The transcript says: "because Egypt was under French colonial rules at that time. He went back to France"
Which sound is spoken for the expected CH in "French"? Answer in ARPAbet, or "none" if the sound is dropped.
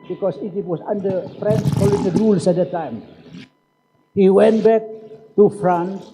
S